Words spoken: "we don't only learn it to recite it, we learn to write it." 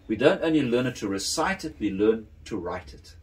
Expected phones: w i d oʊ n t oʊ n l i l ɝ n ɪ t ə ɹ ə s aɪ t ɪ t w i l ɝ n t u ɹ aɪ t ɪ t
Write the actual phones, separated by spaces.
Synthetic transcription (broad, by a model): w i d oʊ n t oʊ n l i l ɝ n ɪ t ə ɹ ə s aɪ t ɪ t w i l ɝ n t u ɹ aɪ t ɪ t